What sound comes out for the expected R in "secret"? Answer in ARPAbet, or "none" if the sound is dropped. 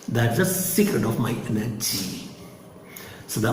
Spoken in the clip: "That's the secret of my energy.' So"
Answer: R